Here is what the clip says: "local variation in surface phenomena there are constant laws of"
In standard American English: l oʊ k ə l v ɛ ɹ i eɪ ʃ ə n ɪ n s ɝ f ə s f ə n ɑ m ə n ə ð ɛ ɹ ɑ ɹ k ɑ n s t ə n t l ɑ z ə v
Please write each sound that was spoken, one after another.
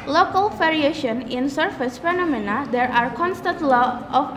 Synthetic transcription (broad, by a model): l oʊ k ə l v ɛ ɹ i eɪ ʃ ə n ɪ n s ɝ f ə s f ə n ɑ m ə n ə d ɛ ɹ ɑ ɹ k ɑ n s t ə n t l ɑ ə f